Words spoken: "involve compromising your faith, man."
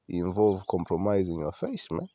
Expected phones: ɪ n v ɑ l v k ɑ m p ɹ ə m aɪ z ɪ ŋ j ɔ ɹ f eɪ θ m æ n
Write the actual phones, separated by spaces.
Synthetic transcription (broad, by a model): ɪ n v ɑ l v k ɑ m p ɹ ə m aɪ z ɪ ŋ j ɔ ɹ f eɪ s m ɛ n